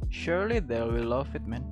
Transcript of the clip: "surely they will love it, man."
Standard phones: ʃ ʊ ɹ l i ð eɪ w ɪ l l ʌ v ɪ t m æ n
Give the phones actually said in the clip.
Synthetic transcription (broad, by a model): ʃ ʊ ɹ l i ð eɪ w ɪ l l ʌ f ɪ t m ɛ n